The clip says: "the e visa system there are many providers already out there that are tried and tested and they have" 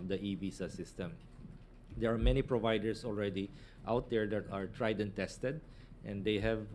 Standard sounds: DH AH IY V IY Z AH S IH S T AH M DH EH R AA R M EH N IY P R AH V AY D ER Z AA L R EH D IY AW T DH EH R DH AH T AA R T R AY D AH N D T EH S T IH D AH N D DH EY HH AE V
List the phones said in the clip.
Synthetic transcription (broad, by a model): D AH IY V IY S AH S IH S T AH M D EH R AA R M EH N IY P R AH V AY D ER S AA L R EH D IY AW T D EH R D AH T AA R T R AY D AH N T EH S T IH D AH N D EY HH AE V